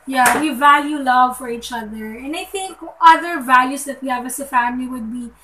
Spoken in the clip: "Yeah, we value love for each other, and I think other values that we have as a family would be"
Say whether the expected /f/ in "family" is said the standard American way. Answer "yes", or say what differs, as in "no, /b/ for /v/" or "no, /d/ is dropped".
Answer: yes